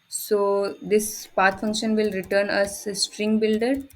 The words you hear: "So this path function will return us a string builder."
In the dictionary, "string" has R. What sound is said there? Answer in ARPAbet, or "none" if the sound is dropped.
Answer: R